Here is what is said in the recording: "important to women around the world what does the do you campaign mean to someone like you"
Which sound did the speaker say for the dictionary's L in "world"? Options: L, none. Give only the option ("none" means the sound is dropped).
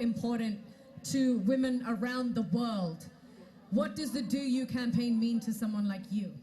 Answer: L